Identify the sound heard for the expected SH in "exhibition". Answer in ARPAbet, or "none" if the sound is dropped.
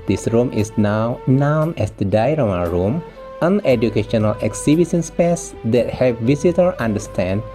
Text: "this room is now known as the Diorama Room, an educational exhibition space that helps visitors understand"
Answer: S